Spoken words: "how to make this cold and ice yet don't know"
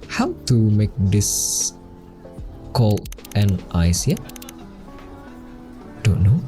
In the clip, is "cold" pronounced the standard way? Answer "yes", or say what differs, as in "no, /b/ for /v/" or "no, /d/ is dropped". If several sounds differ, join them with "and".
no, /d/ is dropped